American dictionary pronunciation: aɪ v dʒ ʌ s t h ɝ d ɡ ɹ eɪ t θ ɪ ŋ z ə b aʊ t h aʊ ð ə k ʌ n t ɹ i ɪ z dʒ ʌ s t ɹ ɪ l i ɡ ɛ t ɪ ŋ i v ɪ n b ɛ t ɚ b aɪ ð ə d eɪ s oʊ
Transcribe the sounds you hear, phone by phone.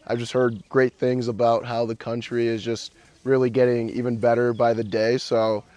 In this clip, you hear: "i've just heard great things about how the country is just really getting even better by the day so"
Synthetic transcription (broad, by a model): aɪ v dʒ ʌ s t h ɝ d ɡ ɹ eɪ t θ ɪ ŋ z ə b aʊ t h aʊ ð ə k ʌ n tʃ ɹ i ɪ z dʒ ʌ s t ɹ ɪ l i ɡ ɛ t ɪ ŋ i v ɪ n b ɛ t ɚ b aɪ ð ə d eɪ s oʊ